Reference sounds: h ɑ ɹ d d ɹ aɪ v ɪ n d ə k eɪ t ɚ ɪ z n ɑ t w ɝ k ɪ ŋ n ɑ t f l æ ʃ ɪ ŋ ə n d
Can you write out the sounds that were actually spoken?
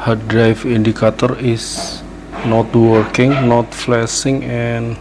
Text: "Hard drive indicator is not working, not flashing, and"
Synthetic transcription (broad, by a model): h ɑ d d ɹ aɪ f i n d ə k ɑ t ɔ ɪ s n ɑ t w ɝ k ɪ ŋ n ɑ t f l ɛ s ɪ ŋ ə n